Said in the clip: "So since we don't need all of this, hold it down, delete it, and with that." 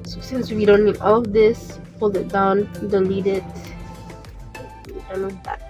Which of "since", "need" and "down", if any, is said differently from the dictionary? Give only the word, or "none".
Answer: none